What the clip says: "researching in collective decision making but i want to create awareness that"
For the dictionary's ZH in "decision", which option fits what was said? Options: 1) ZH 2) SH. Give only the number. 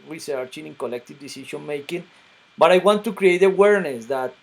2